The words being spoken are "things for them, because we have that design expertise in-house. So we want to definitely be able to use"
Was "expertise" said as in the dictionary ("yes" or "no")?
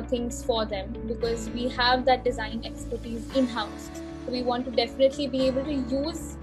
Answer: yes